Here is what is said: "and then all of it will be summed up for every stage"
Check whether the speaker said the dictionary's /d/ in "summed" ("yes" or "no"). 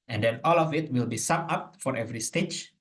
no